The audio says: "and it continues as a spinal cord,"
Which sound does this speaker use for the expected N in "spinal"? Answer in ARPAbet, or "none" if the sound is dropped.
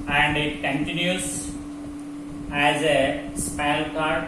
none